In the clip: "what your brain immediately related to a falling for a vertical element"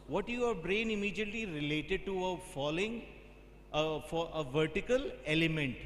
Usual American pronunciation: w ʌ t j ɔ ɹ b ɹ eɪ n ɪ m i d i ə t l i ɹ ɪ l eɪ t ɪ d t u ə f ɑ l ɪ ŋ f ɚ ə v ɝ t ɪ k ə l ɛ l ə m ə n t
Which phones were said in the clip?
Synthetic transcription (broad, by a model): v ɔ t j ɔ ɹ b ɹ eɪ n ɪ m i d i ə t l i ɹ ɪ l eɪ t ɪ d t u ə f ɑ l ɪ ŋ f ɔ ə v ɝ t ɪ k ə l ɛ l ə m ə n t